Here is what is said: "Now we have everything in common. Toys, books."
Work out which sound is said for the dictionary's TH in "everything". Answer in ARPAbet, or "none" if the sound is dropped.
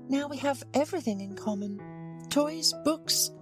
TH